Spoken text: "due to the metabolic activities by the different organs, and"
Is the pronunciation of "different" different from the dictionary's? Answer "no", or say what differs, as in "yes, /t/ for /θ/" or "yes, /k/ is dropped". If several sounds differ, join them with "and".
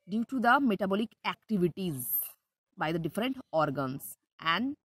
no